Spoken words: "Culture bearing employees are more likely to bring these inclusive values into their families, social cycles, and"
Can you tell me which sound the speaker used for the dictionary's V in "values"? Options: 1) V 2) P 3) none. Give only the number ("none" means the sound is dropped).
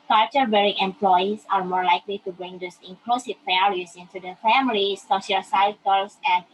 2